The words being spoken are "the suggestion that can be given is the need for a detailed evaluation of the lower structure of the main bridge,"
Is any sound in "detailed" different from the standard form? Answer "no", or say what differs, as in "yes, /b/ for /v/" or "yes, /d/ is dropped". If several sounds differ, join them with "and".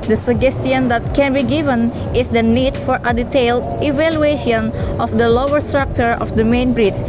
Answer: no